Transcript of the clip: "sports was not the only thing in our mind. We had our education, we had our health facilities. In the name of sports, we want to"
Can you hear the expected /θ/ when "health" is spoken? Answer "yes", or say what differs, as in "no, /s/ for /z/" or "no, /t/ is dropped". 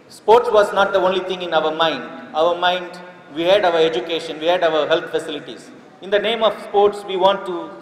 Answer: no, /t/ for /θ/